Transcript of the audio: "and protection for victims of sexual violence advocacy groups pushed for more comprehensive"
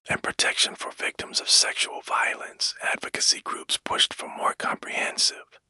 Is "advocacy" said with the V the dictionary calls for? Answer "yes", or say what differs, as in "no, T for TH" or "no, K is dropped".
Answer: yes